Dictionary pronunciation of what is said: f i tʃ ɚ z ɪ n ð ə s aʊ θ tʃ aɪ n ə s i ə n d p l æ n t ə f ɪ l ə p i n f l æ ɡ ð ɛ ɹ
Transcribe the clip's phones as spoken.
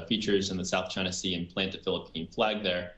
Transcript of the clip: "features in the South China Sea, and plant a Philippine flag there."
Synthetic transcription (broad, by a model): f i tʃ ɚ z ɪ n ð ə s aʊ θ tʃ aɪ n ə s i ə n p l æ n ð ə f ɪ l ə p i n f l æ ɡ ð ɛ ɹ